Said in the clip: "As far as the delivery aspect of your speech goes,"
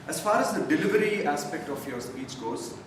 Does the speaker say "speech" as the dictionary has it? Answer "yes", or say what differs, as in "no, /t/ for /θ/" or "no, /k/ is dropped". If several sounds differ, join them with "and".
no, /s/ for /tʃ/